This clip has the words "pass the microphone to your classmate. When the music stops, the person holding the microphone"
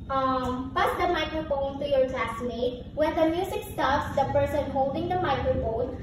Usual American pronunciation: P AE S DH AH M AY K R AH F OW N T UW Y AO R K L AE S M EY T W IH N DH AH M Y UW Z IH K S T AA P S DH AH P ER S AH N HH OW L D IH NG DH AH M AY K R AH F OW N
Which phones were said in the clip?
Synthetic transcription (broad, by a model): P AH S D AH M AY K R AH F OW N T UW Y AO R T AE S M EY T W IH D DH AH M Y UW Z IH K S T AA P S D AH P ER S AH N HH OW L D IH NG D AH M AY K R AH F OW N